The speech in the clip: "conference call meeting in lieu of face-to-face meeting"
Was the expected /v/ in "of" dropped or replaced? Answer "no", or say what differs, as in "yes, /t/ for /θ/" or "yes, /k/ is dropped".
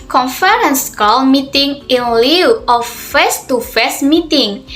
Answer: yes, /w/ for /v/